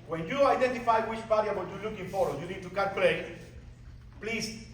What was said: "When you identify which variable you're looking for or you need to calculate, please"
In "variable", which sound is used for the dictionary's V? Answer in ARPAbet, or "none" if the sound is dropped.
B